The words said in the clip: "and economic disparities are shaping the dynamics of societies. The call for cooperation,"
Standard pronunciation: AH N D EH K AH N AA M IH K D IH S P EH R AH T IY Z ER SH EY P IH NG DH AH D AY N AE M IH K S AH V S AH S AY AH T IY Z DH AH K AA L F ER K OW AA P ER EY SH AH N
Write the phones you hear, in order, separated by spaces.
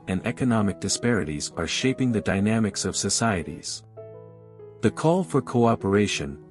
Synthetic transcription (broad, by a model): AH N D EH K AH N AA M IH K D IH S P EH R AH T IY Z ER SH EY P IH NG DH AH D AY N AE M IH K S AH V S AH S AY AH T IY Z DH AH K AA L F ER K OW AA P ER EY SH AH N